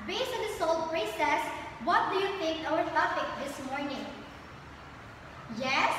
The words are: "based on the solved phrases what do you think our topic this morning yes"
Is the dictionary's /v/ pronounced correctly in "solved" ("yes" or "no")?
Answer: no